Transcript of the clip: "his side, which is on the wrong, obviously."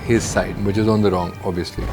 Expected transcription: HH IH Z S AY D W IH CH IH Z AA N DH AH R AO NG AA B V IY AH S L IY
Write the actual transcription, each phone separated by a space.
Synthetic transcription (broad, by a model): HH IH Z S AY D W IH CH IH Z AA N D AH R AO NG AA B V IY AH S L IY